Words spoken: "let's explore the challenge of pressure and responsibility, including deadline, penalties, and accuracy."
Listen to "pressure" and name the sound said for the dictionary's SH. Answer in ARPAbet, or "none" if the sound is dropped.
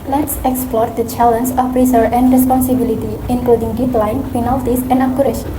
S